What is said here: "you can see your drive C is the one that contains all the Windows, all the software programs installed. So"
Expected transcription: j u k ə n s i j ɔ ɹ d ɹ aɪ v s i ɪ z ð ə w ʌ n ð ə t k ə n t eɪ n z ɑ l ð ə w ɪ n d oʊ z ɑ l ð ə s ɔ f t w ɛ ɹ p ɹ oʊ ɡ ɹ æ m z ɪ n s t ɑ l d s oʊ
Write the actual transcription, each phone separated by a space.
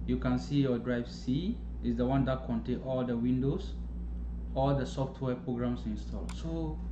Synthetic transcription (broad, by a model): j u k ə n s i j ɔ d ɹ aɪ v s i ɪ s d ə w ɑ n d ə t k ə n t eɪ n ɑ l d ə w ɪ n d oʊ s ɑ l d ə s ɔ f t w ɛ p ɹ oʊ ɡ ɹ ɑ m s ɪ n s t ɑ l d s oʊ